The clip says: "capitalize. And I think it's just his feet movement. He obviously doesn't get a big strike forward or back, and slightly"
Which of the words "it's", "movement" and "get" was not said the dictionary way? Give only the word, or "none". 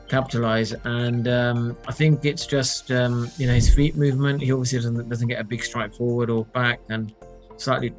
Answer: none